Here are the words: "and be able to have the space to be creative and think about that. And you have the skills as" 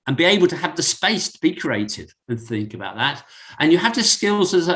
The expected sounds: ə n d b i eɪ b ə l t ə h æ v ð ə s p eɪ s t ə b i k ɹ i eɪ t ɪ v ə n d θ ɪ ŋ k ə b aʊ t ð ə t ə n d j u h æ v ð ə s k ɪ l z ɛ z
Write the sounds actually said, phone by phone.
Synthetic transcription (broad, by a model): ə n b i eɪ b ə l t ə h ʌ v ð ə s p eɪ s t ə b i k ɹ i eɪ t ɪ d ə n θ ɪ ŋ k ə b aʊ t ð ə t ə n j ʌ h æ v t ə s k ɪ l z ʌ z